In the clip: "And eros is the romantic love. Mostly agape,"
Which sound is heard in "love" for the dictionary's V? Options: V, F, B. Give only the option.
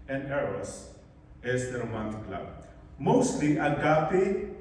B